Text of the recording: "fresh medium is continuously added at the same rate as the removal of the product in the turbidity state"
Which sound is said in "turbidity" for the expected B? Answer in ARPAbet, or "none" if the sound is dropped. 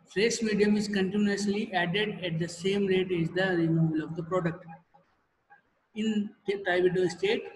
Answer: none